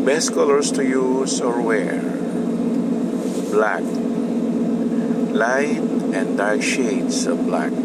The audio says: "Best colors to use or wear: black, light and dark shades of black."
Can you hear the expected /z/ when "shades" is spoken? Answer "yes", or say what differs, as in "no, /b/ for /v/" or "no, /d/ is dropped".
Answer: no, /s/ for /z/